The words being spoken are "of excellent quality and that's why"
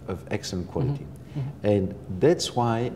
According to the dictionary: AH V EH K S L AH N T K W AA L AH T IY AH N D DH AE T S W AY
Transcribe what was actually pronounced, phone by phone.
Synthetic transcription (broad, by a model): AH V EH K S AH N K W AA L AH T IY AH N DH AE T S W AY